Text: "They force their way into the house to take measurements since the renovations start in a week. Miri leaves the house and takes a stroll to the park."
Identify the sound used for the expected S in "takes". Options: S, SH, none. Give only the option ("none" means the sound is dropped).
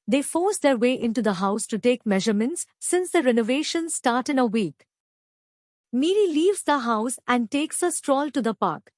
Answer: S